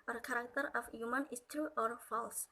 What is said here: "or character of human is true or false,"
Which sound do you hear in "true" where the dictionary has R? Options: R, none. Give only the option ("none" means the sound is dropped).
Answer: none